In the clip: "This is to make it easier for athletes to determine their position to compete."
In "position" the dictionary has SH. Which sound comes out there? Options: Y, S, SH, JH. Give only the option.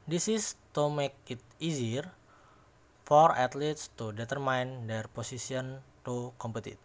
S